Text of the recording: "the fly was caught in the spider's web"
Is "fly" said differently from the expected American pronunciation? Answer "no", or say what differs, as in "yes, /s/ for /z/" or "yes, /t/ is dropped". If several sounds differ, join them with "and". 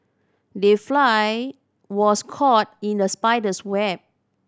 no